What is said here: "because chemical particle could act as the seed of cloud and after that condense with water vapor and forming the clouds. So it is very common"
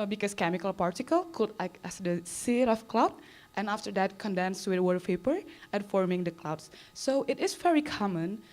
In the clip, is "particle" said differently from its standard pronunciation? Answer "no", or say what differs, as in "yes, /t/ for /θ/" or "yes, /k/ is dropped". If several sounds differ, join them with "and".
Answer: no